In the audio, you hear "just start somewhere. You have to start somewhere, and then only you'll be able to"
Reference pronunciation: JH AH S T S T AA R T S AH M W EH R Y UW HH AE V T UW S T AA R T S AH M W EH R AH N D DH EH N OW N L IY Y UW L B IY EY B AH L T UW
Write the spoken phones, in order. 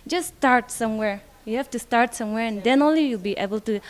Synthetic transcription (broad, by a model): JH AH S S T AA R T S AH M W EH R Y UW HH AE F T UW S T AA R T S AH M W EH R AH N D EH N OW N L IY Y UW L B IY EY B AH L T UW